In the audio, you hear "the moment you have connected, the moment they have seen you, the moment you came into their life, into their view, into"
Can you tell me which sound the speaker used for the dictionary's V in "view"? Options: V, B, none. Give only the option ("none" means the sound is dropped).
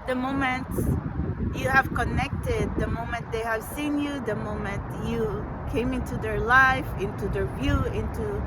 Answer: V